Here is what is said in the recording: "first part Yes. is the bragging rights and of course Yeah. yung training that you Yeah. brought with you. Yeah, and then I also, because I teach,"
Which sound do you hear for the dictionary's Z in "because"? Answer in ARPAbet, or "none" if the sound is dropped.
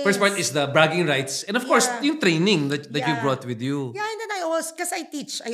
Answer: S